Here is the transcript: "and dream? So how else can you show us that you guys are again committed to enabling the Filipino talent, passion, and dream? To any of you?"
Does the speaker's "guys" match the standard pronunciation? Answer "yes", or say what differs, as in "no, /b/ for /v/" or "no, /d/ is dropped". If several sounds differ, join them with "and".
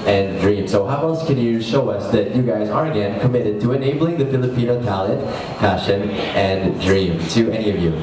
yes